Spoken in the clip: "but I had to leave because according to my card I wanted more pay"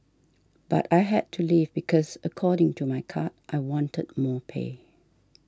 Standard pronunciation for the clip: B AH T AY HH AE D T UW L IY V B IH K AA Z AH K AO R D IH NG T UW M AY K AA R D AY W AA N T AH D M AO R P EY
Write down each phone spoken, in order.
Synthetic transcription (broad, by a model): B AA T AY HH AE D T UW L IY V B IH K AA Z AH K AO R D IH NG T UW M AY K AA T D AY W AA N T AH D M AO P EY